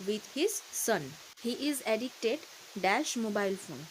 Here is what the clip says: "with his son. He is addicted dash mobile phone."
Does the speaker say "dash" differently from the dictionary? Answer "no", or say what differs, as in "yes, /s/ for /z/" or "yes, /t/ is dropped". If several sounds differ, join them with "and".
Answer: no